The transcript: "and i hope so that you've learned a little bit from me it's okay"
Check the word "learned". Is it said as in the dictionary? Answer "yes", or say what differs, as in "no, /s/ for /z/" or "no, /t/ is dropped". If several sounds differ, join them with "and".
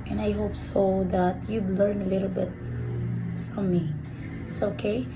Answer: no, /d/ is dropped